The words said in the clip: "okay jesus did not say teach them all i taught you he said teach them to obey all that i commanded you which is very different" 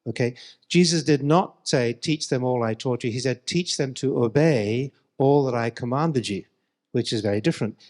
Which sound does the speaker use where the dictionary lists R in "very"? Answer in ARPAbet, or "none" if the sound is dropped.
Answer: R